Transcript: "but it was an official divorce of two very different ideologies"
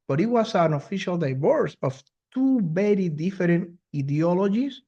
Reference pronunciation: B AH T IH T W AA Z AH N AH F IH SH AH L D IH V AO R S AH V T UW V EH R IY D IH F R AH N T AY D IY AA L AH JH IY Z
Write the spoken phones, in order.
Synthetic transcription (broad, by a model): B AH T IH T W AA S AH N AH F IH SH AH L D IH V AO R S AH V T UW B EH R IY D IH F R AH N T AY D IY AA L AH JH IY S